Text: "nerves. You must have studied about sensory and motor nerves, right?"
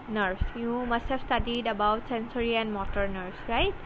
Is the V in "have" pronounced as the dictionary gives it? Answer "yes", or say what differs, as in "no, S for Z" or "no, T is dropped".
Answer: no, B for V